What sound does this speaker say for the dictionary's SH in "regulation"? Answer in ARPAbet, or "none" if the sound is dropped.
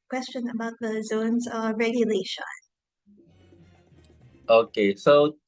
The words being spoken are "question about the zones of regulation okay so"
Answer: none